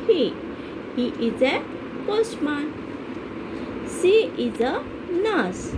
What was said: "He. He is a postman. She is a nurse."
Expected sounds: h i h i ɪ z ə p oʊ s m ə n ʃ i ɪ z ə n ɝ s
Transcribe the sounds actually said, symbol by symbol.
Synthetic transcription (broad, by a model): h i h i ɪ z ə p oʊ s m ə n s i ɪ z ə n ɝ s